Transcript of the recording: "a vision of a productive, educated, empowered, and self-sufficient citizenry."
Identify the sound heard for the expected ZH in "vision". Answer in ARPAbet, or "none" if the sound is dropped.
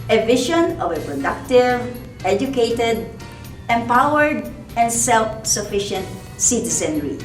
SH